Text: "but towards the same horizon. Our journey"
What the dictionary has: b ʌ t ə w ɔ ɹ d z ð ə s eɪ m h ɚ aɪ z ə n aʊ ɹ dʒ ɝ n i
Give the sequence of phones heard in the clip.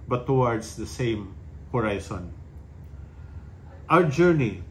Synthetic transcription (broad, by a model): b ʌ t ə w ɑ ɹ d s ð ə s eɪ m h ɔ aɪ s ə n aʊ ɹ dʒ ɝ n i